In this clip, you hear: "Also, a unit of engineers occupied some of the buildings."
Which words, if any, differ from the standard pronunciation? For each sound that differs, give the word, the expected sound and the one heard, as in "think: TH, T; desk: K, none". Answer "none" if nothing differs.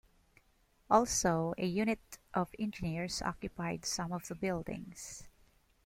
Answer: engineers: Z, S; buildings: Z, S